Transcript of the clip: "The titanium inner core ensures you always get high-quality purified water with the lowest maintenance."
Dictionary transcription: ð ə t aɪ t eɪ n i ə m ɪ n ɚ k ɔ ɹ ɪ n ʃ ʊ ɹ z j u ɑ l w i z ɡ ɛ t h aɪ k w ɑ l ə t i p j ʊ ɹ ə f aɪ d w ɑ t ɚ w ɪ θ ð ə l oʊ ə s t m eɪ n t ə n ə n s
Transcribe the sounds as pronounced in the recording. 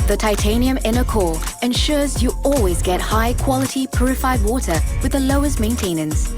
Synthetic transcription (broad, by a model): ð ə t aɪ t eɪ n i ə m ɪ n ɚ k ɔ l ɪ n ʃ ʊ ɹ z j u ɑ l w i z ɡ ɛ t h aɪ k w ɑ l ə t i p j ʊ ɹ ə f aɪ d w ɑ t ɚ w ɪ ð ə l oʊ ə s t m eɪ n t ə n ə n s